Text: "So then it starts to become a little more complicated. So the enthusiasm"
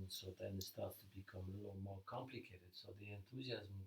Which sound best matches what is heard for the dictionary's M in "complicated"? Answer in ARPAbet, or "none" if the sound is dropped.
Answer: M